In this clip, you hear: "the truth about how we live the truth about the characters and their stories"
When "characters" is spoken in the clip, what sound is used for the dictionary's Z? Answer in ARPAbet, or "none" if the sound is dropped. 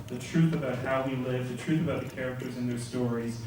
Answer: Z